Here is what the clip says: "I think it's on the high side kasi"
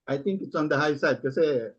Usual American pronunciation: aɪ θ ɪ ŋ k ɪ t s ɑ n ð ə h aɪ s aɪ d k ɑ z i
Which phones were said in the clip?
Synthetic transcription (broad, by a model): aɪ t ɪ ŋ k ɪ t s ɑ n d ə h aɪ s aɪ d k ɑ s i